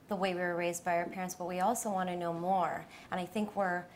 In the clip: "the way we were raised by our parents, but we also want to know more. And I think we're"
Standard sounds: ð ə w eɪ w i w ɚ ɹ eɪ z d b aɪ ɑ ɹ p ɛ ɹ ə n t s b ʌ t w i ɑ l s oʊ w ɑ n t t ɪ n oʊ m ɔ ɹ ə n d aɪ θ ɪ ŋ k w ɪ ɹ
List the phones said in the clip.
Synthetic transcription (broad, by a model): ð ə w eɪ w i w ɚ ɹ eɪ z d b aɪ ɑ ɹ p ɛ ɹ ə n t s b ʌ t w i ɑ l s oʊ w ɑ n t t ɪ n oʊ m ɔ ɹ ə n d aɪ θ ɪ ŋ k w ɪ ɹ